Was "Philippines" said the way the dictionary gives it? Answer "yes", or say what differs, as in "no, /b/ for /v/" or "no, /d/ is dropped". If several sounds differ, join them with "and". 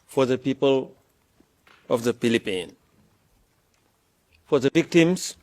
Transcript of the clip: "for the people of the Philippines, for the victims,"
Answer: no, /z/ is dropped